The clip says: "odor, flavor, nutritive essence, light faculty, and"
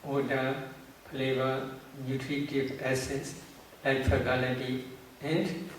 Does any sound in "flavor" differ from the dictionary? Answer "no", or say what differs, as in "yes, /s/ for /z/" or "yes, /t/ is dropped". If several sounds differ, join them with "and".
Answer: yes, /p/ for /f/